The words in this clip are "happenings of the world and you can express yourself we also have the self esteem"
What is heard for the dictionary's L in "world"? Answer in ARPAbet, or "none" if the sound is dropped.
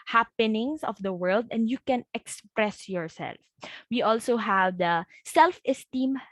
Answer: L